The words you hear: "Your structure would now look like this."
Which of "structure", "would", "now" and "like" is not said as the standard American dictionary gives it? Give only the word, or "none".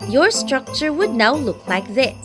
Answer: none